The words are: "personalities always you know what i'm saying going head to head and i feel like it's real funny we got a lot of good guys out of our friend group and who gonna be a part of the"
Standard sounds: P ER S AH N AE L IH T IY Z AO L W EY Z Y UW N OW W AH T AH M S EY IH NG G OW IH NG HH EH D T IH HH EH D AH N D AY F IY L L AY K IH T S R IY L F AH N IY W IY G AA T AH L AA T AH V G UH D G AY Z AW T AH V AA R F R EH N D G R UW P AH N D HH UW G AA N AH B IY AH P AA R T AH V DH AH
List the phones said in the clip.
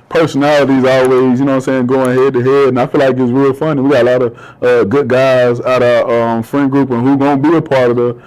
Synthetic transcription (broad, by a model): P ER S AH N AE L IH T IY Z AO L W EY Z Y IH N OW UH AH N S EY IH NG G OW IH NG HH EH D T IH HH EH D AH N AY F IY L L AY K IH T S R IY L F AH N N W IY G AA T AH L AA T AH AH G UH D G AY Z AW T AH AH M F R EH N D G R UW P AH N HH UW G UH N B IY AH P AA R T AH V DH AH